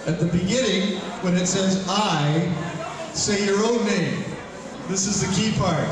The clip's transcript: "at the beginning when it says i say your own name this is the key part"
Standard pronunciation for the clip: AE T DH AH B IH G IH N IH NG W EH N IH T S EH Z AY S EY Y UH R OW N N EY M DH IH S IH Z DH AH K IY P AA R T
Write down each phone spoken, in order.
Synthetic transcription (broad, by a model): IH T DH AH B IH G IH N IH NG W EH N IH T S EH Z AY S EY Y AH R OW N N EY M DH IH S IH Z DH AH K IY P AA R T